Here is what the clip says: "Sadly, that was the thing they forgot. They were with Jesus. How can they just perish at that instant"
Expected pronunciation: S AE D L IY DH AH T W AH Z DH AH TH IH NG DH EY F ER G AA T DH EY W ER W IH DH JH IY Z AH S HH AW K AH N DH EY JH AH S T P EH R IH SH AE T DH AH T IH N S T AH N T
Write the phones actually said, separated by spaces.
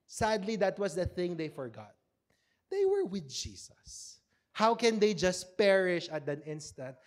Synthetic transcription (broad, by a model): S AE D L IY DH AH T W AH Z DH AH TH IH NG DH EY F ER G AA T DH EY W ER W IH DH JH IY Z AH S HH AW K AH N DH EY JH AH S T P EH R IH SH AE T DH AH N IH N S T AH N T